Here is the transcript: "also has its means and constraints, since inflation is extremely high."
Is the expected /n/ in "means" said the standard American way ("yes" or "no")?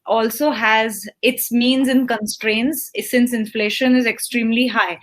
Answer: yes